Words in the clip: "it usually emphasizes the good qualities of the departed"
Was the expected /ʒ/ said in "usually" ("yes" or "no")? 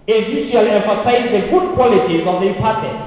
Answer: no